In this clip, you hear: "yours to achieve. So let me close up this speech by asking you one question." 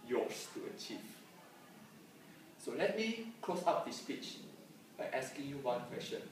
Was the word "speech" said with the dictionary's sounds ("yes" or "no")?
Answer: yes